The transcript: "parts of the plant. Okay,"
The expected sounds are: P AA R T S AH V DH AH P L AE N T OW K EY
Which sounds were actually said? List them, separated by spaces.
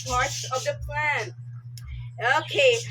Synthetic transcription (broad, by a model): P AA R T S AH V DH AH P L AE N OW K EY